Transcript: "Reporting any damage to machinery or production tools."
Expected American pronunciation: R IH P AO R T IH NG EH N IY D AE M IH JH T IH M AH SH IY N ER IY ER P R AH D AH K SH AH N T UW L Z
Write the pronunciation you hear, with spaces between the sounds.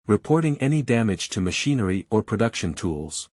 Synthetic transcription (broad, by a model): R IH P AO R T IH NG EH N IY D AE M IH JH T IH M AH SH IY N ER IY ER P R AH D AH K SH AH N T UW L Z